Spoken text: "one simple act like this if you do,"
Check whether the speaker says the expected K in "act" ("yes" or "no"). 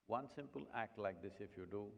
yes